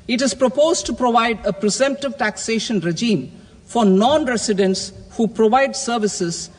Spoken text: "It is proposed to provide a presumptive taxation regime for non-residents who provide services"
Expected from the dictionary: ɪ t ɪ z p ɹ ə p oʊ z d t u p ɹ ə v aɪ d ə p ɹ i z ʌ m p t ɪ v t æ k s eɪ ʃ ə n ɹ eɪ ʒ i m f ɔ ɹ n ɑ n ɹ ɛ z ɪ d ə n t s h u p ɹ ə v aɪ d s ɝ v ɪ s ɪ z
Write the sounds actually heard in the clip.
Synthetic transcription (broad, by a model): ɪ t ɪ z p ɹ ə p oʊ z d t u p ɹ ə v aɪ d ə p ɹ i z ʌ m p t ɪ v t æ k s eɪ ʃ ə n ɹ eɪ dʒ i m f ɔ ɹ n ɑ n ɹ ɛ s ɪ d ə n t s h u p ɹ ə v aɪ d s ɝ v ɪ s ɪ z